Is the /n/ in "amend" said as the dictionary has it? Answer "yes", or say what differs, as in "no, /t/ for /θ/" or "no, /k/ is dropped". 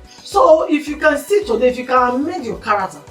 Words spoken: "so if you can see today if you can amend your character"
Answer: no, /n/ is dropped